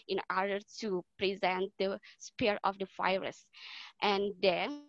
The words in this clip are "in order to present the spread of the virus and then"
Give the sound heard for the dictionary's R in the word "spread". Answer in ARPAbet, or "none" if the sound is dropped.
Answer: none